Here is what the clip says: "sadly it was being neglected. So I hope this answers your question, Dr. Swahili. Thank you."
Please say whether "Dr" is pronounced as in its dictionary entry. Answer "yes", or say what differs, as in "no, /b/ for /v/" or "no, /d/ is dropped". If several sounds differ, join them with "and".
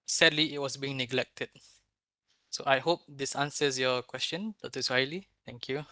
no, /k/ is dropped